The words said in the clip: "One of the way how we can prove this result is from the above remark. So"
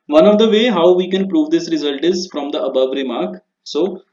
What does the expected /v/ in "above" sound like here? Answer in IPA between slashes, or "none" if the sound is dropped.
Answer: /v/